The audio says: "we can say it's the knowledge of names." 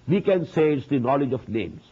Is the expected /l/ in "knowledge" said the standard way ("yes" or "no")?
yes